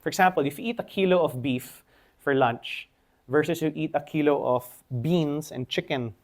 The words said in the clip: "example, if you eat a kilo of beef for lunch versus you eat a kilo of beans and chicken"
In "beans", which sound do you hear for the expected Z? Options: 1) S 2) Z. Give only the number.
1